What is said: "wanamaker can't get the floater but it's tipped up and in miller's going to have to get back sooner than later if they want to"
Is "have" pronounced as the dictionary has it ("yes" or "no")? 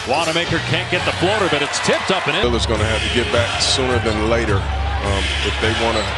no